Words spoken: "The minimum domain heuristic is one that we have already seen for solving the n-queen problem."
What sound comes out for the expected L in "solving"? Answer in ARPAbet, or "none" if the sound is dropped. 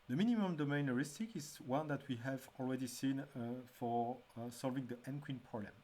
L